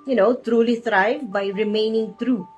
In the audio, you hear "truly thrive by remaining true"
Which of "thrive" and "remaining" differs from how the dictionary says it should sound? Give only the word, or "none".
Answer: thrive